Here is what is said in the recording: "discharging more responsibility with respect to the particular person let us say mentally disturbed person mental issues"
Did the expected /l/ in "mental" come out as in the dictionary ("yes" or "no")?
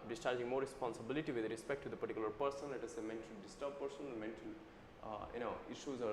no